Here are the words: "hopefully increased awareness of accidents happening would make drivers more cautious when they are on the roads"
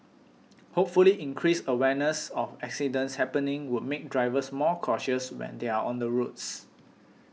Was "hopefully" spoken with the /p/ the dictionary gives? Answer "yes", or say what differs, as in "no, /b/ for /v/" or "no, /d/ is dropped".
yes